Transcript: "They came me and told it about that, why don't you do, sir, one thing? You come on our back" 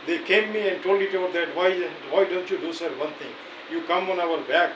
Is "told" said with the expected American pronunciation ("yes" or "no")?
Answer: yes